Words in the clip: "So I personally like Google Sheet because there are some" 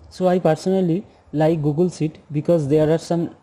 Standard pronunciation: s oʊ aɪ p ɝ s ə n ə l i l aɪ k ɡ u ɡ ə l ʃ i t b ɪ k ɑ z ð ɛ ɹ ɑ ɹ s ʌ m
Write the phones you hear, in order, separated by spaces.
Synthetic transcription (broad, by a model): s oʊ aɪ p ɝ s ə n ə l i l aɪ k ɡ u ɡ ə l s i t b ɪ k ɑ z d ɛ ɹ ɑ ɹ s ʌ m